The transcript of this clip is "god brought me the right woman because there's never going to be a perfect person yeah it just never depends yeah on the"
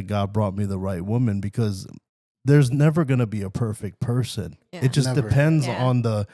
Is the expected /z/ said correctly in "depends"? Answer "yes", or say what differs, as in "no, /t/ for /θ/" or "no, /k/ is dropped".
yes